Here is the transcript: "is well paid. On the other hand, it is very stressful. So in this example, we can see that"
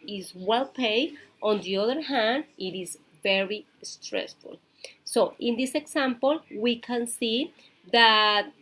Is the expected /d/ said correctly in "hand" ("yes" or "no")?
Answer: yes